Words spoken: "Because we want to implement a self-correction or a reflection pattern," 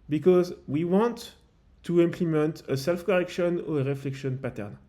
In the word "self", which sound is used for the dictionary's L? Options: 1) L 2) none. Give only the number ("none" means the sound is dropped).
1